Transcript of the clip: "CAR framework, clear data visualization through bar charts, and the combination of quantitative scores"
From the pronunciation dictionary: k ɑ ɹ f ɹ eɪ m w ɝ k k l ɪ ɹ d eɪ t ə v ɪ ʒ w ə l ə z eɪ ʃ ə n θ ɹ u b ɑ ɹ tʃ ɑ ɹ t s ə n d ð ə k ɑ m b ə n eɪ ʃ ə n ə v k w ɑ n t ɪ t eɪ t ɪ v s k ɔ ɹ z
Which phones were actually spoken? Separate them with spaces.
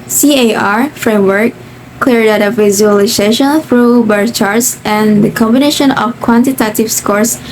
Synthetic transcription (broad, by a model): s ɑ ɹ f ɹ eɪ m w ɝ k k l ɪ ɹ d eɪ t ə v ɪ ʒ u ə l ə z eɪ ʃ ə n θ ɹ u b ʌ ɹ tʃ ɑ ɹ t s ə n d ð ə k ɑ m b ə n eɪ ʃ ə n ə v k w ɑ n t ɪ t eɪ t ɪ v s k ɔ ɹ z